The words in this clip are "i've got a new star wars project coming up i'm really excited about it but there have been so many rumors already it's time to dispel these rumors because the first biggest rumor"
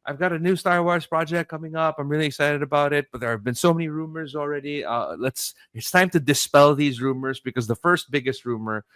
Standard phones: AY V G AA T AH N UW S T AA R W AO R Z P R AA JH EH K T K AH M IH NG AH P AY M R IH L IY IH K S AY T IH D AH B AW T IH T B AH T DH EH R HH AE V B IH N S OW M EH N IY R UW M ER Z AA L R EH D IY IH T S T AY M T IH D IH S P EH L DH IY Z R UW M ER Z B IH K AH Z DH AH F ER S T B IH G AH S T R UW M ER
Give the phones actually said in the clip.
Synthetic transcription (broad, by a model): AY V G AA T AH N UW S T AA R W AO R Z P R AA JH EH K K AH M IH NG AH P AY M R IH L IY IH K S AY T IH D AH B AW T IH T B AH T DH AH R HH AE V B IH N S OW M EH N IY R UW M ER Z L R EH D IY IH T S T AY M T IH D IH S P EH L DH IY Z R UW M ER Z B IH K AH Z DH AH F ER S T B IH G AH S T R UW M ER